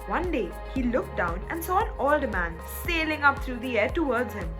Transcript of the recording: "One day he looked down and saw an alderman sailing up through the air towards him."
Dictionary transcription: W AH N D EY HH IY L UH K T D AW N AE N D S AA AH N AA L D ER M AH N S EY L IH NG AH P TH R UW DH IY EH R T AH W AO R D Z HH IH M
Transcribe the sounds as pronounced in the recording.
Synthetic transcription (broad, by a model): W AH N D EY HH IY L UH K T D AW N AE N D S AA AH N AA L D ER M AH N S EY L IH NG AH P T R UW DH IY EH R T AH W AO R D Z HH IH M